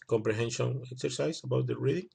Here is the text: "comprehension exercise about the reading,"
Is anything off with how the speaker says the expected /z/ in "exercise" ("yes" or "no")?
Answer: yes